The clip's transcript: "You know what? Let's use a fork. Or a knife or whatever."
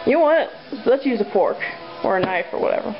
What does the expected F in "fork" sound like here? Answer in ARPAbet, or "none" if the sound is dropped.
P